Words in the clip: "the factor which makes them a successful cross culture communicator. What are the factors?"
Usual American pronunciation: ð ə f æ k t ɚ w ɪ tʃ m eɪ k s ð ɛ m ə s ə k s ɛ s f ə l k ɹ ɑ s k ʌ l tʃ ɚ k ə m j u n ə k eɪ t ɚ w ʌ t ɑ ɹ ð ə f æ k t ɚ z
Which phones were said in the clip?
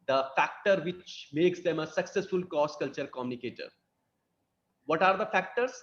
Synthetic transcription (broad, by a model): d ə f æ k t ɚ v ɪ tʃ m eɪ k s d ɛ m ə s ə k s ɛ s f ə l k ɑ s k ʌ l tʃ ɚ k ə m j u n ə k eɪ t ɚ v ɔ t ɑ ɹ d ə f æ k t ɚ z